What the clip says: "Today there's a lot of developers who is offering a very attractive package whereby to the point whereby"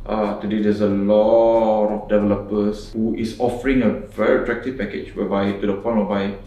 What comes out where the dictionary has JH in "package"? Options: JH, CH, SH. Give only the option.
CH